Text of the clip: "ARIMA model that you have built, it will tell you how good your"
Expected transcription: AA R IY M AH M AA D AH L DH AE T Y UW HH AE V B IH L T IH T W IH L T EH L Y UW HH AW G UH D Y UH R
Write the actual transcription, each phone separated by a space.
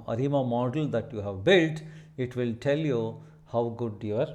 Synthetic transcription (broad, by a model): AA R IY M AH M AA D AH L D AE T Y UW HH AE V B IH L T IH T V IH L T EH L Y UW HH AW G UH D Y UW R